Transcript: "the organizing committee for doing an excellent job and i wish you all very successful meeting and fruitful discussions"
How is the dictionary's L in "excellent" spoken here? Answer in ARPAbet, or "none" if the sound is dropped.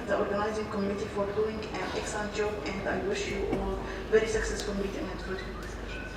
none